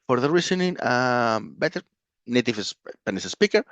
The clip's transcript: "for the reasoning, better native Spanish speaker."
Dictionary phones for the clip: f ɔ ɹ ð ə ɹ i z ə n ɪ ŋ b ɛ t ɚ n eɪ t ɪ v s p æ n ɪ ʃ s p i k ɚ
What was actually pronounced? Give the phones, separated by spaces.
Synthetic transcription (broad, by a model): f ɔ ɹ ð ə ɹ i s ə n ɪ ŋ b ɛ t ɚ n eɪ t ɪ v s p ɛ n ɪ s s p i k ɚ